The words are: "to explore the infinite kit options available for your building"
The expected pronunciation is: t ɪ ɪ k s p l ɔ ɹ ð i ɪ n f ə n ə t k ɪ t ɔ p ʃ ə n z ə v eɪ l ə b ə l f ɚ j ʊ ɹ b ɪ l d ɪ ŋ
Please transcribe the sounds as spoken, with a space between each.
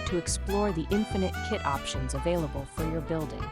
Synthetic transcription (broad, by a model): t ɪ ɪ k s p l ɔ ɹ ð i ɪ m f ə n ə t k ɪ t ɔ p ʃ ə n z ə v eɪ l ə b ə l f ɚ j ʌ ɹ b ɪ l d ɪ ŋ